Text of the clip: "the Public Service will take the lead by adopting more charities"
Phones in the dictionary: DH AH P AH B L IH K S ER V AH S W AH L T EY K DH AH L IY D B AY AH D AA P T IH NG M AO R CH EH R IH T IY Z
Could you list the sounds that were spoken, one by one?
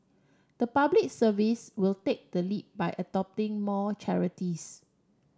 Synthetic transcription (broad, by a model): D AH P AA B L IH K S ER V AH S W AH L T EY K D AH L IY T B AY AH D AA P T IH NG M AO CH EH R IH T IY S